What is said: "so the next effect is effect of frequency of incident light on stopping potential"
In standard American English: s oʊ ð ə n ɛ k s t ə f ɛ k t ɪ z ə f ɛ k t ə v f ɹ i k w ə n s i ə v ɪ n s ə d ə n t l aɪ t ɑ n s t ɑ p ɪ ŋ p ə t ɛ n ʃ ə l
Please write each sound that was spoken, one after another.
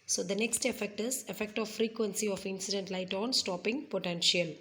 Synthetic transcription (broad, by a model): s oʊ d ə n ɛ k s t ə f ɛ k t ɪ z ə f ɛ k t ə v f ɹ i k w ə n s i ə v ɪ n s ə d ə n t l aɪ t ɑ n s t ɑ p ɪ ŋ p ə t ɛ n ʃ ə l